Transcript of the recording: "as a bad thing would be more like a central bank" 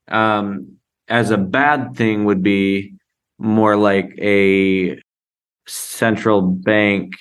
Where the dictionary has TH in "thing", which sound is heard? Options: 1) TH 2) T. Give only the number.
1